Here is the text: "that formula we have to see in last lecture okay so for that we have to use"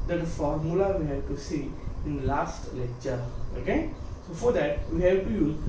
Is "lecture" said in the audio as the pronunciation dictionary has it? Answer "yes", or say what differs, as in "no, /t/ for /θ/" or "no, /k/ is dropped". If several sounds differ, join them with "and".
no, /k/ is dropped